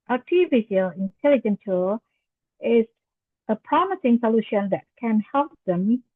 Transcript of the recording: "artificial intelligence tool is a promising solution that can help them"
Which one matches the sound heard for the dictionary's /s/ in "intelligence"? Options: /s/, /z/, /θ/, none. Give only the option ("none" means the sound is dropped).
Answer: none